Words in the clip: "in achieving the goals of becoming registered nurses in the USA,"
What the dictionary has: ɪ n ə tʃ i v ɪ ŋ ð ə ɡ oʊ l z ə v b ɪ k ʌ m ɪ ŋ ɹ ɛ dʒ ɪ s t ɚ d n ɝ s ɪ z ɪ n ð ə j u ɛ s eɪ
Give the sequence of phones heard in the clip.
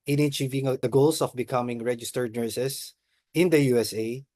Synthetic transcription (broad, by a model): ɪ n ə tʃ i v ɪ ŋ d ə ɡ oʊ l s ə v b ɪ k ʌ m ɪ ŋ ɹ ɛ dʒ ɪ s t ɚ d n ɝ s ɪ s ɪ n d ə j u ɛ s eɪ